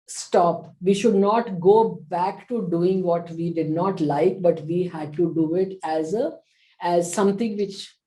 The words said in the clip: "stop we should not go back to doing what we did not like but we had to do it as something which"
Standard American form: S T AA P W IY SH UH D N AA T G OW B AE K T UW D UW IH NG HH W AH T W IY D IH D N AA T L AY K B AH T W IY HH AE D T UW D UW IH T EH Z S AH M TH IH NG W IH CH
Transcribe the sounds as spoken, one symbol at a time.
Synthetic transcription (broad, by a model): S T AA P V IY SH UH D N AA T G OW B AE K T UW D UW IH NG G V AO T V IY D IH D N AA T L AY K B AH T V IY HH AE D T UW D UW IH T EH Z S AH M T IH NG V IH CH